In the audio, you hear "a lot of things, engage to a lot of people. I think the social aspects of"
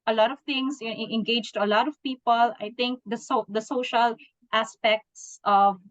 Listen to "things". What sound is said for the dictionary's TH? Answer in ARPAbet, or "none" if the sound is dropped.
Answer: T